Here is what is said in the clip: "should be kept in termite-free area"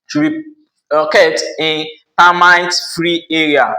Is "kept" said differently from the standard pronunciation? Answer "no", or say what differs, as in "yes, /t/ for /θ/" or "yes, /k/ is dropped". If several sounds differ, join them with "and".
yes, /p/ is dropped